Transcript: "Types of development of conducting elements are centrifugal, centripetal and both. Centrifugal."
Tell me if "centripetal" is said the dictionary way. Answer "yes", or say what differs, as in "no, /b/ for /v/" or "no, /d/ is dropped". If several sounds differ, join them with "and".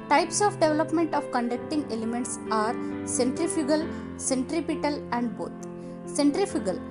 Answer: yes